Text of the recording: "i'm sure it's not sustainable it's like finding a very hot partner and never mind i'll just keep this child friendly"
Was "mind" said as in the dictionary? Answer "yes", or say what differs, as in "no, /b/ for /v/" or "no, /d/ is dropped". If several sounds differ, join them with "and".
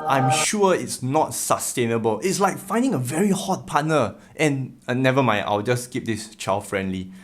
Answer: no, /d/ is dropped